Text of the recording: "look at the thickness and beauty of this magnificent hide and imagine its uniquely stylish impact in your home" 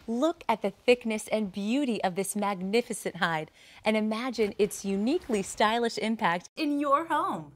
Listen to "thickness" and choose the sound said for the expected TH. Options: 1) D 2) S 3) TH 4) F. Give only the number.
3